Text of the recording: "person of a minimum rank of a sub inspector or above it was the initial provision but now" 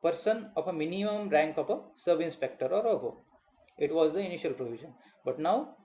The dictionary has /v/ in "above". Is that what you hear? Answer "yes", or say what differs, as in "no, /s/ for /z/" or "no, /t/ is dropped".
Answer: no, /v/ is dropped